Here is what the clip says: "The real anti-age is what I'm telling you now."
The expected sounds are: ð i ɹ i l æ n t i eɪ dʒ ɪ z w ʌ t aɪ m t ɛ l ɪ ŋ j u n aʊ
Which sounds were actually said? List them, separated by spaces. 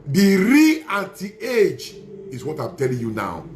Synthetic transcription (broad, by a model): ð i ɹ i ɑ t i eɪ dʒ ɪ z w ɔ t aɪ m t ɛ l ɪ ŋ j u n aʊ